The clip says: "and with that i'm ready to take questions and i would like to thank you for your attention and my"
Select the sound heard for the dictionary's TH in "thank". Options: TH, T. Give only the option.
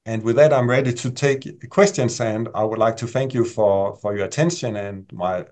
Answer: TH